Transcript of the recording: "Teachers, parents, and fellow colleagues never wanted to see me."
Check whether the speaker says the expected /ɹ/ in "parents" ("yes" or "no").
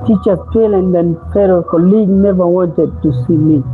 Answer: no